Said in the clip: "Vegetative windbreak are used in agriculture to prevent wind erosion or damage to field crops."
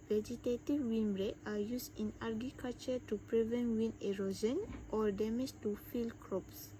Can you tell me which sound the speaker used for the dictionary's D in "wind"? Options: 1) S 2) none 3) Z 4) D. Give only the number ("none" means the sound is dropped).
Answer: 2